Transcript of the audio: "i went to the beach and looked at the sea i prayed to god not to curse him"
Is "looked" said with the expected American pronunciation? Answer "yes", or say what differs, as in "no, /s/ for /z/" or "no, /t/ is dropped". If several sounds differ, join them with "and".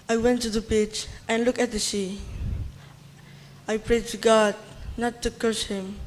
no, /t/ is dropped